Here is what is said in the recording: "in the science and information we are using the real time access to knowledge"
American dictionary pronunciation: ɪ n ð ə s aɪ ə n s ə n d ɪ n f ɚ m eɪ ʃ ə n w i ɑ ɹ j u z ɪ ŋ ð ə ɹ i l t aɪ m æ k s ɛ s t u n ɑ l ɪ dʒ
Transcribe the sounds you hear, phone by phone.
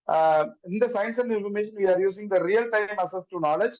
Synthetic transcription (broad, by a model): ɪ n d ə s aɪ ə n s ə n d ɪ n f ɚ m eɪ ʃ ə n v i ɑ ɹ j u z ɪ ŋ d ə ɹ i l t aɪ m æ s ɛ s t u n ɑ l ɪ dʒ